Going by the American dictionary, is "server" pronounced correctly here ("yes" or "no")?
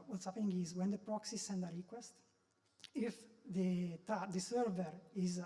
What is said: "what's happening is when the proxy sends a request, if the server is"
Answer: yes